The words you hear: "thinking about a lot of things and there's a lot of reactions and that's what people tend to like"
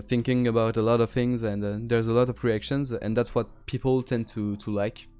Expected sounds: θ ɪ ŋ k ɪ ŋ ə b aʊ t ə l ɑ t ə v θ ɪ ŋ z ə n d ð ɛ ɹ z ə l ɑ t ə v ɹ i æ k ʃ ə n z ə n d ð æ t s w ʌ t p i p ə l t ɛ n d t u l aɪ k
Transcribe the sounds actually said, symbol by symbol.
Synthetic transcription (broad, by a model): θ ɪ ŋ k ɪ ŋ ə b aʊ t ə l ɑ t ə v θ ɪ ŋ z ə n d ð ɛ ɹ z ə l ɑ t ə v ɹ i æ k ʃ ə n z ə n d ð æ t s w ʌ t p i p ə l t ɛ n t t u l aɪ k